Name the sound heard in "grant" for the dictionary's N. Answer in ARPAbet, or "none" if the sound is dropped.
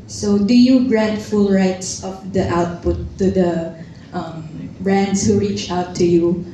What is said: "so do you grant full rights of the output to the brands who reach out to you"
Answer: none